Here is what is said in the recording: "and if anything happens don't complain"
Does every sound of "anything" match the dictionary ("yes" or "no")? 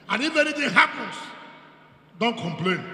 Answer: no